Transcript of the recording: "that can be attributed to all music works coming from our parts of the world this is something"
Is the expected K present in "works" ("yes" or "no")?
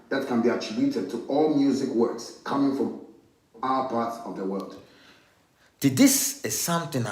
yes